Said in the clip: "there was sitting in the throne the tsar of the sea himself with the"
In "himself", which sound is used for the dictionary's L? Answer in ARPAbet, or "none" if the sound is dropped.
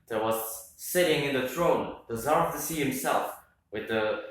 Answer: L